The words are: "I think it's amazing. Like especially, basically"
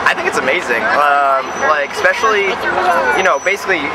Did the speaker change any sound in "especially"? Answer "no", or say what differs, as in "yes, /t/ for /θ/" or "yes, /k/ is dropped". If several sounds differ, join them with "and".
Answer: yes, /n/ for /l/